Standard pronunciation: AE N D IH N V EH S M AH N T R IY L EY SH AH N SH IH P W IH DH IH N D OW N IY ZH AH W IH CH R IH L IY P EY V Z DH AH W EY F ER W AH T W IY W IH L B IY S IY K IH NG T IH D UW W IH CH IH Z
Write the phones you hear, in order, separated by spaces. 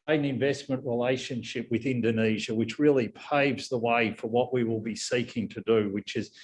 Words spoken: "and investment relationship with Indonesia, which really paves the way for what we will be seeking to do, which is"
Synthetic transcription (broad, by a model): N IH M V EH S M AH N T R IY L EY SH AH N SH IH P W IH DH IH N D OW N IY ZH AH W IH CH R IH L IY P EY V Z DH AH W EY F ER W AH T W IY W IH L B IY S IY K IH NG T IH D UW W IH CH IH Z